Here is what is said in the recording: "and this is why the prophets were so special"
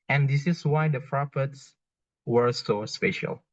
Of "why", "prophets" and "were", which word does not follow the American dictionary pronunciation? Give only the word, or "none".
prophets